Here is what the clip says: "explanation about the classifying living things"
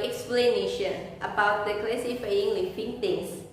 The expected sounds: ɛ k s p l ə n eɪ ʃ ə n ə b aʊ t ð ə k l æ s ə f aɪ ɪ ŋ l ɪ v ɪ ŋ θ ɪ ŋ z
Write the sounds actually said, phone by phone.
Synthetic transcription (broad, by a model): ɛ k s p l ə n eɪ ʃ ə n ə b aʊ t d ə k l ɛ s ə f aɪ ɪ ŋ l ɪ f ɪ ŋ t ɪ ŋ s